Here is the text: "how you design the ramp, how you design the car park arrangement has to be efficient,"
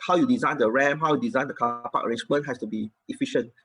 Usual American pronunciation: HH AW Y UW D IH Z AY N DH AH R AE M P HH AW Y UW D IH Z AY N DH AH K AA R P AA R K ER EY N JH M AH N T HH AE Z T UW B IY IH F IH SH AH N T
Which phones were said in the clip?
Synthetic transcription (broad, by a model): HH AW Y UW D IH Z AY N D AH R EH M HH AW Y UW D IH Z AY N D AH K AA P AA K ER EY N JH M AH N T HH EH S T UW B IY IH F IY SH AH N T